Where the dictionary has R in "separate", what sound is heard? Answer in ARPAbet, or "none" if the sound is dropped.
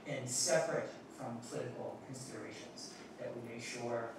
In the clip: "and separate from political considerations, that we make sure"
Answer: R